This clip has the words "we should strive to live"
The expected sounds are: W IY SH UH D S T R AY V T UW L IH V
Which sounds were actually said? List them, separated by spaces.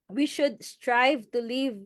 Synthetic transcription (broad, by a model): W IY SH UH D S T R AY V T UW L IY V